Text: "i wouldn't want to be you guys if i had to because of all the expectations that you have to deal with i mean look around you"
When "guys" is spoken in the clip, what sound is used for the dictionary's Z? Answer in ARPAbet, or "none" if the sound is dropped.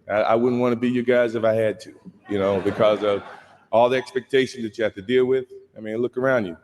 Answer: Z